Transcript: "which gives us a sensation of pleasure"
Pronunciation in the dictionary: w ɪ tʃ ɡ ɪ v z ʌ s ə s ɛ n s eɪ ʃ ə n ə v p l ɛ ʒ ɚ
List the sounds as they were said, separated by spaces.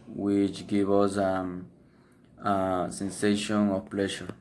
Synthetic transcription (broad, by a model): w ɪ tʃ ɡ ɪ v ʌ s ə s ɛ n s eɪ ʃ ə n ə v p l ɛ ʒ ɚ